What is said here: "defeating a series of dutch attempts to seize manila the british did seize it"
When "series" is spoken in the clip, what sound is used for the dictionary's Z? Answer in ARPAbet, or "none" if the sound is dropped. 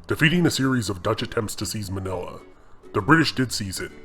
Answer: Z